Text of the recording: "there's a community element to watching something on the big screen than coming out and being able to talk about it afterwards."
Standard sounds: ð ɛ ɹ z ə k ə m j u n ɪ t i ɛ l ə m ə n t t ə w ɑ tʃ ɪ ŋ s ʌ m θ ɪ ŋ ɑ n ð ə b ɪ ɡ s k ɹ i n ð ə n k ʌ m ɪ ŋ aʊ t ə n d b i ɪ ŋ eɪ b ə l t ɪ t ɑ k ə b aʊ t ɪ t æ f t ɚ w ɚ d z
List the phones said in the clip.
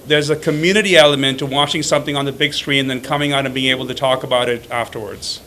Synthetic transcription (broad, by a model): ð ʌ ɹ z ə k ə m j u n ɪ t i ɛ l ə m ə n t t ə w ɑ tʃ ɪ ŋ s ʌ m θ ɪ ŋ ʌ n ð ə b ɪ ɡ s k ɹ i n ð ə n k ʌ m ɪ ŋ aʊ t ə n b i ɪ ŋ eɪ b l t ɪ t ɑ k ə b aʊ t ɪ t æ f t ɚ w ɚ d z